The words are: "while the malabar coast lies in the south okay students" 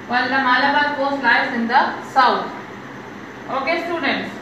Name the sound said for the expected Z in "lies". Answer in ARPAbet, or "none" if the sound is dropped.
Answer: S